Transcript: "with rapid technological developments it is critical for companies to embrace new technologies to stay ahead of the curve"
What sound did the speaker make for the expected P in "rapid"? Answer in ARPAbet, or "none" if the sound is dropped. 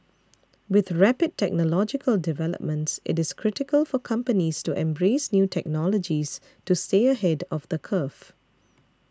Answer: P